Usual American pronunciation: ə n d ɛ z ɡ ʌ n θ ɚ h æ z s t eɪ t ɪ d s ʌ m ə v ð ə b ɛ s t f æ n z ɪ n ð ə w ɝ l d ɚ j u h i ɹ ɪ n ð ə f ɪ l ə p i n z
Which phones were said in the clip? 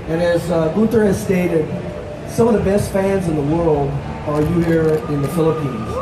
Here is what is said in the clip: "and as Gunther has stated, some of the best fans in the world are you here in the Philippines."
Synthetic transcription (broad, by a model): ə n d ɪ z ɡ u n t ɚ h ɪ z s t eɪ t ɪ d s ʌ m ə v ð ə b ɛ s t f æ n z ɪ n ð ə w ɝ l d ɚ j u h i ɹ ɪ n ð ə f ɪ l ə p i n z